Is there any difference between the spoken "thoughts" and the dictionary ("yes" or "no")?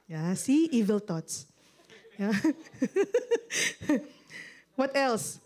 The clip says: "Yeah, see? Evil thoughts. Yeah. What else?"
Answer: yes